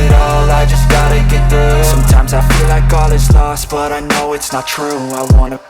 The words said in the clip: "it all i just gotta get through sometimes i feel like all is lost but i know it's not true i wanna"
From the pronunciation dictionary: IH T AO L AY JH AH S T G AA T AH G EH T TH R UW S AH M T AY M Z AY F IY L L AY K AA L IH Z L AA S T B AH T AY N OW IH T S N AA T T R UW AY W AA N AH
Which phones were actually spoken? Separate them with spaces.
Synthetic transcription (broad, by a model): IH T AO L AY JH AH S G AA T AH G EH T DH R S S AH M T AY M Z AY F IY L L AY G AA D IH S L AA S T B AH T AY N OW IH T S N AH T T R UW AY W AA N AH